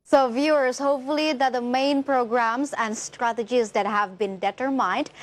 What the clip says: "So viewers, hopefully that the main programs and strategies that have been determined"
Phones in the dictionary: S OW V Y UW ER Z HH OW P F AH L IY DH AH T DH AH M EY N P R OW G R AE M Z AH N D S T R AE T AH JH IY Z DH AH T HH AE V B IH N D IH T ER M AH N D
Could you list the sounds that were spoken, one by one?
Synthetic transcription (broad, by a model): S OW V Y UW ER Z HH OW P F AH L IY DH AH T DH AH M EY N P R OW G R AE M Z AH N D S T R AE T AH JH IY Z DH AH T HH AE V B IH N D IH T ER M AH N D